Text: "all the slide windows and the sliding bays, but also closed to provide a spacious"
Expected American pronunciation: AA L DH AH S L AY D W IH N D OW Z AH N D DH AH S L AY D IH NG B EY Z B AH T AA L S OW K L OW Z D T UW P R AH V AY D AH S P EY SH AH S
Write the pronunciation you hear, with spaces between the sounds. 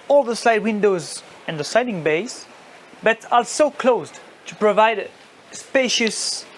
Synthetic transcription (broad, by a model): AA L DH AH S L AY D W IH N D OW Z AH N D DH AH S AY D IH NG B EY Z B AH T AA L S OW K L OW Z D T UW P R AH V AY D S P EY SH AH S